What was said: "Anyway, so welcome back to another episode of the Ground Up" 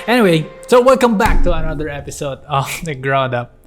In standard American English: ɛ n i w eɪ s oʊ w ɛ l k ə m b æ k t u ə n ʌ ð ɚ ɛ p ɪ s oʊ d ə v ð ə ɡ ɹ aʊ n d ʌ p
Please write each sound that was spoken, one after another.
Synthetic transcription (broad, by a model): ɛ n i w eɪ s oʊ w ɛ l k ə m b æ k t u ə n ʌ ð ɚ ɛ p ɪ s oʊ d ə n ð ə ɡ ɹ aʊ n d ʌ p